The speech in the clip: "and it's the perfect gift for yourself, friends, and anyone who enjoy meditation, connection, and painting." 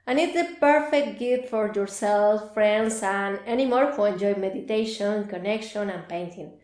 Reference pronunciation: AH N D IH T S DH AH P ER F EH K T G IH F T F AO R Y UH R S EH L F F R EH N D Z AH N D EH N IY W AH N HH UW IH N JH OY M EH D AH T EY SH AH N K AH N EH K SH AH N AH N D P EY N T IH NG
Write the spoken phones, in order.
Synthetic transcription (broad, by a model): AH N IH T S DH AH P ER F EH K T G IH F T F AO R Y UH R S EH L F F R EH N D S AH N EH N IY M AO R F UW IH N JH OY M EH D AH T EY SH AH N K AH N EH K SH AH N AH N P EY N T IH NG